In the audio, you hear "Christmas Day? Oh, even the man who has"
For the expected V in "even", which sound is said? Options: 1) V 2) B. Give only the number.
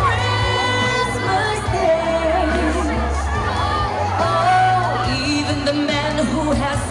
1